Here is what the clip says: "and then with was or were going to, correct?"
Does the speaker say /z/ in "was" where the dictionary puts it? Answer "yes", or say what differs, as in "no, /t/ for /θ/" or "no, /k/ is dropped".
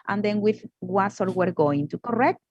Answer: no, /s/ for /z/